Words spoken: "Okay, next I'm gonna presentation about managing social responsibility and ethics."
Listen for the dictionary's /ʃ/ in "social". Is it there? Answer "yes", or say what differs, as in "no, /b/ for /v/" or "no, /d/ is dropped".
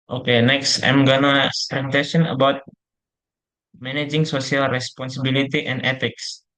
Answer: no, /s/ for /ʃ/